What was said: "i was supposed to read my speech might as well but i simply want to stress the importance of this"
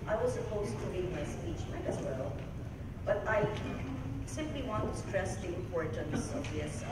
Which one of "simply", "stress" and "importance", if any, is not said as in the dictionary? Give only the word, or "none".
importance